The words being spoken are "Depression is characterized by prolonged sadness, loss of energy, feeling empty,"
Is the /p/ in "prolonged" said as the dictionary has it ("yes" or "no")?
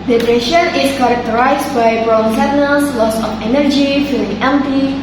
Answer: no